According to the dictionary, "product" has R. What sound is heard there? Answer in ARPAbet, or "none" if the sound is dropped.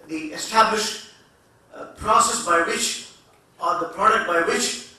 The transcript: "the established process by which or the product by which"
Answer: R